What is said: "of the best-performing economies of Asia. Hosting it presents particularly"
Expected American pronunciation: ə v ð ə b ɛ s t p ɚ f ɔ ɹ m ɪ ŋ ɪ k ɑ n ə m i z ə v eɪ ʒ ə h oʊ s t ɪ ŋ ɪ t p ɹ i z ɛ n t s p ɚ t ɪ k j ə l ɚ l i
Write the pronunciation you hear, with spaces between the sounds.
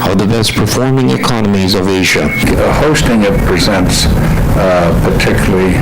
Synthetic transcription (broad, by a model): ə ð ə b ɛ s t p ɚ f ɔ ɹ m ɪ ŋ ɪ k ɑ n ə m i z ə v eɪ ʒ ə h oʊ s t ɪ ŋ ɪ t p ɹ i z ɛ n t s p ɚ t ɪ k j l l i